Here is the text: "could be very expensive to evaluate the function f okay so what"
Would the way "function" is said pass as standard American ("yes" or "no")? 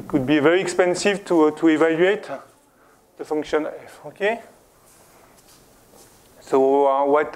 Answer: yes